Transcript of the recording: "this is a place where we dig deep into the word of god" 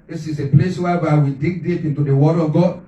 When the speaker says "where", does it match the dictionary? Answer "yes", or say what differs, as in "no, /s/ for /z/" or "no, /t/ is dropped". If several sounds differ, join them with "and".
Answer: no, /w/ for /ɹ/